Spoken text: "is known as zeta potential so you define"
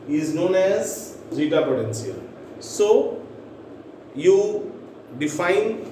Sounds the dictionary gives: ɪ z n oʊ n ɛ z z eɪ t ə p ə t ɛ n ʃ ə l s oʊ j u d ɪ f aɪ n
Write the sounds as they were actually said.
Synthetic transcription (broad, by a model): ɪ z n oʊ n ɛ z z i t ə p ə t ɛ n s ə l s oʊ j u d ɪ f aɪ n